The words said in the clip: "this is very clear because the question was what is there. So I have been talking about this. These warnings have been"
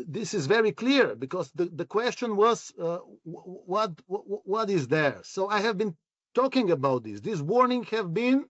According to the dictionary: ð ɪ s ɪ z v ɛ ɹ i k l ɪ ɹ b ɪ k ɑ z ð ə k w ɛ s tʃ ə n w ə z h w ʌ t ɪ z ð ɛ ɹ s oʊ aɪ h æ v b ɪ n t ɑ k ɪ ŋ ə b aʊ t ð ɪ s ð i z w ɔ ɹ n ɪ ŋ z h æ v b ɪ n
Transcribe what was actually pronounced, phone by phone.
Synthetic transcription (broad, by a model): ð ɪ s ɪ z v ɛ ɹ i k l ɪ ɹ b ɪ k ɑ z ð ə k w ɛ s tʃ ə n w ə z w w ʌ t ɪ z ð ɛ ɹ s oʊ aɪ h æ v b ɪ n t ɑ k ɪ ŋ ə b aʊ t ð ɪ s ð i s w ɔ ɹ n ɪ ŋ h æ v b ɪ n